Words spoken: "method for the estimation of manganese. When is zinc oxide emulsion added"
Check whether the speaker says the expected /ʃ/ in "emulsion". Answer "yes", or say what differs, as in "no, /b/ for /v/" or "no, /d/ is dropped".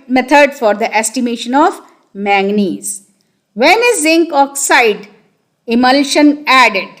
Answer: yes